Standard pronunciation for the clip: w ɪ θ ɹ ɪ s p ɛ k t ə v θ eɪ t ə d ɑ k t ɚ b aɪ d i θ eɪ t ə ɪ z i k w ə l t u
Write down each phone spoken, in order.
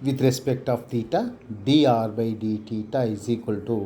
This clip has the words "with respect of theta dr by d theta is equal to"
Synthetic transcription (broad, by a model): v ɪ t ɹ ɪ s p ɛ k t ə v t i t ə d ɑ t b aɪ d i t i t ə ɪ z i k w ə l t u